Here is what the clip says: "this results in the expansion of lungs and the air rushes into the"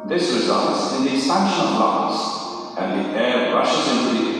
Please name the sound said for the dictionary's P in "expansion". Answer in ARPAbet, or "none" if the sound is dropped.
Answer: none